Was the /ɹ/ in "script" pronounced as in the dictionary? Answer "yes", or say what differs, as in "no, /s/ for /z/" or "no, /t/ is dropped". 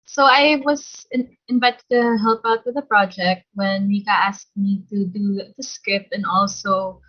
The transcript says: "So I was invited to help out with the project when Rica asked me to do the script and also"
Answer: no, /ɹ/ is dropped